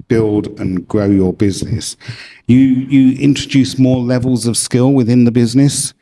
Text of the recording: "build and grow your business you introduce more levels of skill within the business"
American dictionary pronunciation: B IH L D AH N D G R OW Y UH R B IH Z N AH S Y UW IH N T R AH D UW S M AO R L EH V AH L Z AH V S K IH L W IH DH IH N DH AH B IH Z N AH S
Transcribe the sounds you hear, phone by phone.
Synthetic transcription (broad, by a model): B IH L D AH N G R OW Y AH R B IH Z N AH S Y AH IH N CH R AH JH UW S M AO L EH V AH L Z AH V S K IH L W IH DH IH N DH AH B IH Z N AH S